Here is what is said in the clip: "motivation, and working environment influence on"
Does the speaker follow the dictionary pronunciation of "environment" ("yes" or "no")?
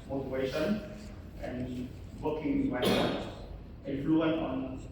no